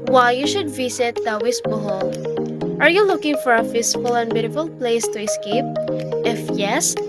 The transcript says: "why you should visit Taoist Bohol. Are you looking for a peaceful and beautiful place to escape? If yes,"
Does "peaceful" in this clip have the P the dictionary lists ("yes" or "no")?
no